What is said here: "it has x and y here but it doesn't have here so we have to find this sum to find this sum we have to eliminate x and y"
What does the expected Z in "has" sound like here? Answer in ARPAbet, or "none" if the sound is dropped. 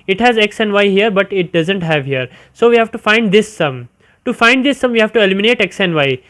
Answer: Z